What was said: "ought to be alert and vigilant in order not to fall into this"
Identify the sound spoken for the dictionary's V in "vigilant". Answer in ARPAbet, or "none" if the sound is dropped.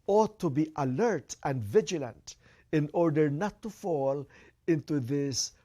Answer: V